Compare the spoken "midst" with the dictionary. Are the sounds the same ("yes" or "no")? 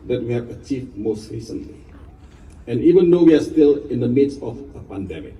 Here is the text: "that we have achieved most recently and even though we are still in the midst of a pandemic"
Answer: no